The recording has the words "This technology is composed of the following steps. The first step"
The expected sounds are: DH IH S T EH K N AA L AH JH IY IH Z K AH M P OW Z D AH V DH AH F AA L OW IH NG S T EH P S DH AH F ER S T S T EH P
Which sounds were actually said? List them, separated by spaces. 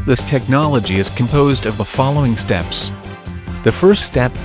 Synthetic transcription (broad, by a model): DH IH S T EH K N AA L AH JH IY IH Z K AH M P OW Z D AH V DH AH F AA L OW IH NG S T EH P S DH AH F ER S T S T EH P